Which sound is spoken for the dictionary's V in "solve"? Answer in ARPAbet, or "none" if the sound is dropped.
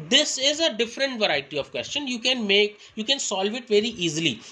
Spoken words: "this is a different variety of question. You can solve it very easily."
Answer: V